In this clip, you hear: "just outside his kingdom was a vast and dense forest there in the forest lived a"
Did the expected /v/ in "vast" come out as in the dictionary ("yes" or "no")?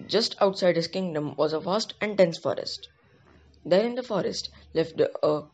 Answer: no